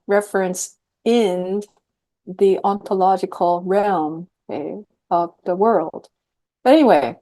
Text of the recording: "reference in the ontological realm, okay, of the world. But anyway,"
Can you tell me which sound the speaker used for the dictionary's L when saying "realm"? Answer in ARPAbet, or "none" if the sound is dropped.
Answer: L